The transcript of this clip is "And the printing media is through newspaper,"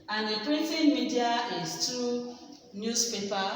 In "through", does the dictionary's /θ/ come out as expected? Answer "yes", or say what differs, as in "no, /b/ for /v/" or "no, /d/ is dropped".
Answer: no, /t/ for /θ/